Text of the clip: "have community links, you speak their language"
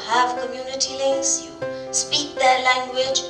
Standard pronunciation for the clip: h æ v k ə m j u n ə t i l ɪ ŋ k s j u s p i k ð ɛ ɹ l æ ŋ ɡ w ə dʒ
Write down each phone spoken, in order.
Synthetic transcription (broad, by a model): h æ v k ə m j u n ə t i l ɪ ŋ s j u s p i k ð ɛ l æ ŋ ɡ w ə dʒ